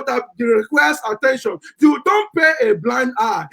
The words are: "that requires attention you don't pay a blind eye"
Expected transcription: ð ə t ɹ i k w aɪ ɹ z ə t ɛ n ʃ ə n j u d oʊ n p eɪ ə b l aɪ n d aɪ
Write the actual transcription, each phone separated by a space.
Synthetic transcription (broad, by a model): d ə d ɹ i k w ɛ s ə t ɛ n ʃ ə n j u d oʊ n p eɪ ə b l aɪ n d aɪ